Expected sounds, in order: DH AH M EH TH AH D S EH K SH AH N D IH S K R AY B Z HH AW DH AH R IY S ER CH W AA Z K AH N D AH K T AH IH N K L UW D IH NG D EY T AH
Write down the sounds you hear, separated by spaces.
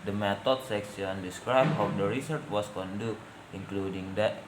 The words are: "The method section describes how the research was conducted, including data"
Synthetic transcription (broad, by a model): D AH M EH T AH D S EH K S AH N D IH S K R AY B HH AW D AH R IY S ER CH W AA S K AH N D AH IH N K L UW D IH NG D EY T